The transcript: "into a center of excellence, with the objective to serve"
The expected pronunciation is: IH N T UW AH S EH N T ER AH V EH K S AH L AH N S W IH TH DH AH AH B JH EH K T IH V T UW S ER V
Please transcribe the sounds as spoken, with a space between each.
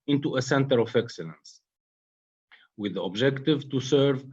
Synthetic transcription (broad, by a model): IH N T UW AH S EH N T ER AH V EH K S AH L AH N S W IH DH AH AH B JH EH K T IH V T UW S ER V